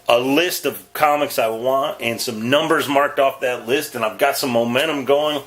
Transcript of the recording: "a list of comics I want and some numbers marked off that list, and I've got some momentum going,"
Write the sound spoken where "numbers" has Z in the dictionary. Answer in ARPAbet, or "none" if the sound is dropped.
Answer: Z